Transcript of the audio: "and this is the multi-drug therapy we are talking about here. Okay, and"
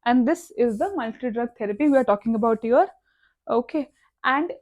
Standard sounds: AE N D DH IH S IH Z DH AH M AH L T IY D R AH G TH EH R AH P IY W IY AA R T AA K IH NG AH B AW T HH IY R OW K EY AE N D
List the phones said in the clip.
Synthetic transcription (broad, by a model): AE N D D IH S IH Z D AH M AH L T IY D R AH G T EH R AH P IY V IY AA R T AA K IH NG AH B AW T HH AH R OW K EY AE N D